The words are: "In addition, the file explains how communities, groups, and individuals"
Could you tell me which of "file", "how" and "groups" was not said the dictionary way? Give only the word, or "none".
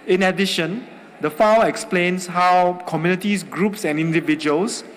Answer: file